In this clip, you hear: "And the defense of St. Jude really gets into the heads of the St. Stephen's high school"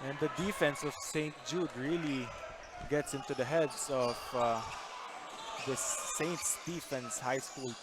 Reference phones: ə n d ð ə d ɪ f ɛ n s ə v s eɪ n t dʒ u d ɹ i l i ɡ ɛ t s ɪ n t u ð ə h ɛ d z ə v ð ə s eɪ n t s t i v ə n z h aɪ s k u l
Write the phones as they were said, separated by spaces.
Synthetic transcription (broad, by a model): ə n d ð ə d ɪ f ɛ n s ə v s eɪ n t dʒ u d ɹ i l i ɡ ɛ t s ɪ n t u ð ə h ɛ d s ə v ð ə s eɪ n t s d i f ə n s h aɪ s k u l